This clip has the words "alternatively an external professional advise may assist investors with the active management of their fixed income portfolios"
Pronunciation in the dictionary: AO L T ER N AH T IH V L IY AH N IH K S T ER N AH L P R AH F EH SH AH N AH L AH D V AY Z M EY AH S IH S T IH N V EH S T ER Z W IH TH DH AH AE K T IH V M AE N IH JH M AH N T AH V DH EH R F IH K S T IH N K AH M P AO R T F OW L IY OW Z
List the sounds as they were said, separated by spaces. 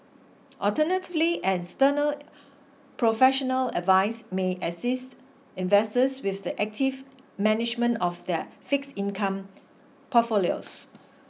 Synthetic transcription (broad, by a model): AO L T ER N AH T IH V L IY AH N S T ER N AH L P R AH F EH SH AH N AH L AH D V AY S M EY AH S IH S T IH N V EH S T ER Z W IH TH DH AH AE K T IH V M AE N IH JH M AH N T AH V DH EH F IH K S IH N K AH M P AO T F OW L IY OW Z